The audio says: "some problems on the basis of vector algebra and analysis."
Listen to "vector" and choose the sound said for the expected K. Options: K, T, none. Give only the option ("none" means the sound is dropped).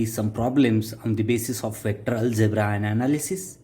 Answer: none